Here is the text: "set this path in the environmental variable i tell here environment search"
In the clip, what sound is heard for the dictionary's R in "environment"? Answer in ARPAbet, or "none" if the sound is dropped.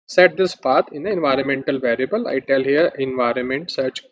R